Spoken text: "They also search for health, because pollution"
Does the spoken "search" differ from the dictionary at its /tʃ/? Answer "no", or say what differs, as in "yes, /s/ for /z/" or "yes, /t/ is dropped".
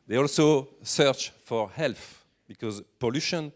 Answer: no